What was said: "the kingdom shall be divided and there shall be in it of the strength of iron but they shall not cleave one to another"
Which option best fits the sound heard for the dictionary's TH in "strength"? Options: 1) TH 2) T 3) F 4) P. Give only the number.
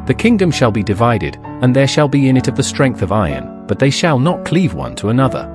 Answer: 1